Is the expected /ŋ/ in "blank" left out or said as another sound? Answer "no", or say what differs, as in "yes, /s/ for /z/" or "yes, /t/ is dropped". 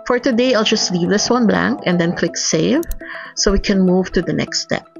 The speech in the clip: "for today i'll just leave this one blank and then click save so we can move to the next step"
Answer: no